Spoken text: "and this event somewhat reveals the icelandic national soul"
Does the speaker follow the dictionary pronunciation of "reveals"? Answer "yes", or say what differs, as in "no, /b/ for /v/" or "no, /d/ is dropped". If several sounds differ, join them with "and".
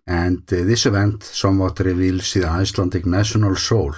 no, /s/ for /z/